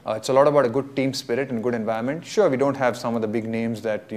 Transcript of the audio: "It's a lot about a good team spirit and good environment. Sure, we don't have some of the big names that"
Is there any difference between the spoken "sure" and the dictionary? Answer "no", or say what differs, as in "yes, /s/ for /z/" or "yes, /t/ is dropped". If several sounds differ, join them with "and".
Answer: no